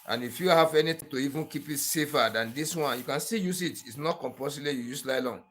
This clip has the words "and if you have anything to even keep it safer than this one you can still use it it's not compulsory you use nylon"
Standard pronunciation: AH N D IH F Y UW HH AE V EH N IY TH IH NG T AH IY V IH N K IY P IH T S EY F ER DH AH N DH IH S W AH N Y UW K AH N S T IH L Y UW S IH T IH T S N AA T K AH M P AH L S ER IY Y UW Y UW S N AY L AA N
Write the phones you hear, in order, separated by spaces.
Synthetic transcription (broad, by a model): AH N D IH F Y UW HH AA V EH N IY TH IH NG T AH IY V IH N K IY P IH T S EY F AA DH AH N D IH S W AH N Y UW K AH N S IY Y UW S IH T IH T S N AA T K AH M P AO S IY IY Y UW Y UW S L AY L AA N